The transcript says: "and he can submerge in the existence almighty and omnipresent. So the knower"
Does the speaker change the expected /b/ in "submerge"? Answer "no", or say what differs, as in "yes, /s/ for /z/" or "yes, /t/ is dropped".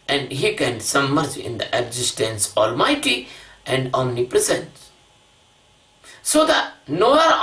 yes, /b/ is dropped